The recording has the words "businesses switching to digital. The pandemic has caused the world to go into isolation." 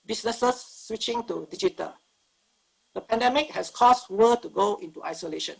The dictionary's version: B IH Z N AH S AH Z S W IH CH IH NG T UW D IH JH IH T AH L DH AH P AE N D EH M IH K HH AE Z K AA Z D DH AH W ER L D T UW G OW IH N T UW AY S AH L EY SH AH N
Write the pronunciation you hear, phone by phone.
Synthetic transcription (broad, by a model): B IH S N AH S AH S W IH CH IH NG T UW D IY JH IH T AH L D AH P AE N D EH M IH K HH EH S K AA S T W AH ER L T UW G OW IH N T UW AY S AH L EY SH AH N